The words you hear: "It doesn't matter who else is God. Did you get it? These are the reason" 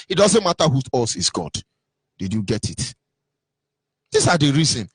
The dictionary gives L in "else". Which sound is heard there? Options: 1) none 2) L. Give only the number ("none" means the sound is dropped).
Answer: 1